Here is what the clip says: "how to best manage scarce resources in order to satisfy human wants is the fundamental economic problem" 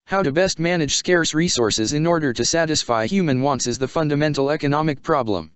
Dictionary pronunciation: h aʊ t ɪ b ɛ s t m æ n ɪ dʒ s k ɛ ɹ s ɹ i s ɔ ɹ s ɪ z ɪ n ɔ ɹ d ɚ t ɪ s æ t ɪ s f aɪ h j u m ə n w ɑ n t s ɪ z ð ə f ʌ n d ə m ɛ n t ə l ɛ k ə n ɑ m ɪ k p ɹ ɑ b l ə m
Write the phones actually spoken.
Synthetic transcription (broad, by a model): h aʊ t ɪ b ɛ s t m æ n ɪ dʒ s k ɛ ɹ s ɹ i s ɔ ɹ s ɪ z ɪ n ɔ ɹ d ɚ t ɪ s æ t ɪ s f aɪ h j u m ə n w ɑ n t s ɪ z ð ə f ʌ n d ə m ɛ n t l ɛ k ə n ɑ m ɪ k p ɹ ɑ b l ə m